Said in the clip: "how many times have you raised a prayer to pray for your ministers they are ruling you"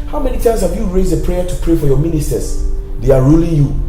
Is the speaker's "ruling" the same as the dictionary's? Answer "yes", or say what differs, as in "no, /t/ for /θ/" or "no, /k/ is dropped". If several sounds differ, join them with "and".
yes